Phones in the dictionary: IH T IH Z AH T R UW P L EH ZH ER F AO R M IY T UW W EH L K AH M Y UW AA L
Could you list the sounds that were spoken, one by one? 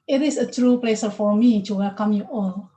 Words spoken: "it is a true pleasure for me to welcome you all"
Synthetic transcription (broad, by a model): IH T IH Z AH T R UW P L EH S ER F AO R M IY T UW W EH L K AH M Y UW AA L